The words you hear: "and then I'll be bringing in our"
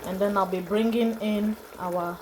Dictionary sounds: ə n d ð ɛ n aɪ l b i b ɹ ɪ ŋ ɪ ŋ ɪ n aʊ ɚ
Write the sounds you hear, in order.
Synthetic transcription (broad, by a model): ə n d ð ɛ n aɪ l b i b ɹ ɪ ŋ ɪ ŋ ɪ n aʊ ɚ